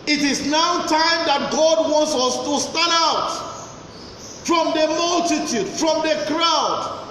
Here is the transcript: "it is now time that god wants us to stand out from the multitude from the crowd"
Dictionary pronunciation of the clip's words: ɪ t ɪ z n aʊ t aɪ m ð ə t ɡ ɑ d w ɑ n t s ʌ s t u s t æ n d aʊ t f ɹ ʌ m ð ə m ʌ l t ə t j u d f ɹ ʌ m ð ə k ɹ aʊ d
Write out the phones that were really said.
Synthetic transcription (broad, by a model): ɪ t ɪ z n aʊ t aɪ m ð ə t ɡ ɑ d w ɑ n t s ʌ s t u s t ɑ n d aʊ t f ɹ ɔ m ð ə m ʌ l t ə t j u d f ɹ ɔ m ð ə k ɹ aʊ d